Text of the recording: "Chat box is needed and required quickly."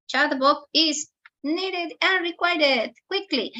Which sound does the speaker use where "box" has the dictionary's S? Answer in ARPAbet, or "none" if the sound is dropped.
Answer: none